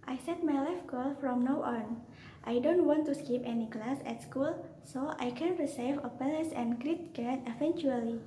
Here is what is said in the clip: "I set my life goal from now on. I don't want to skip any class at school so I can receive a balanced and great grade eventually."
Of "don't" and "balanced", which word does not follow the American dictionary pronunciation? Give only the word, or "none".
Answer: balanced